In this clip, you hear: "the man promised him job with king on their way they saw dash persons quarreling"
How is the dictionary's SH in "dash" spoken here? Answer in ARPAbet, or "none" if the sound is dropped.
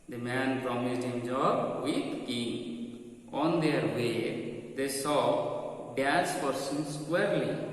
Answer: S